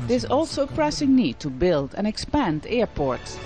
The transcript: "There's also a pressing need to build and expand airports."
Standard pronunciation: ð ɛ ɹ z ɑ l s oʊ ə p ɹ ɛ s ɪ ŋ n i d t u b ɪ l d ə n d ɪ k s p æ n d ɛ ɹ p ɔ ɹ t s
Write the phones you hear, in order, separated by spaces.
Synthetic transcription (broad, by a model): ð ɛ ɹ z ɑ l s oʊ ə p ɹ ɛ s ɪ ŋ n i d t u b ɪ l d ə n ɪ k s p æ n d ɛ ɹ p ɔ ɹ t s